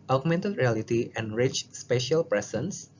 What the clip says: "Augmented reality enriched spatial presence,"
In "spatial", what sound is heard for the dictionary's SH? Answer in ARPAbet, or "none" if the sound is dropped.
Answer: SH